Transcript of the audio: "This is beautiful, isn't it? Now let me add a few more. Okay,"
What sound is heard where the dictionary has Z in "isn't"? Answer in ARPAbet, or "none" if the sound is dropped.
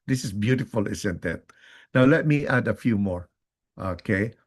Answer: S